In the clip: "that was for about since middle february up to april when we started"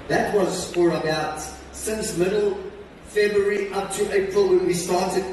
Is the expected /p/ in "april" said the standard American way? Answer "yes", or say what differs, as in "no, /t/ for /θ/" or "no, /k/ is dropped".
yes